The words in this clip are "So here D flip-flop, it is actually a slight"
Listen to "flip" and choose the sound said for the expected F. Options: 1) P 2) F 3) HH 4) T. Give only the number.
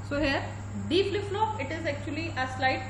1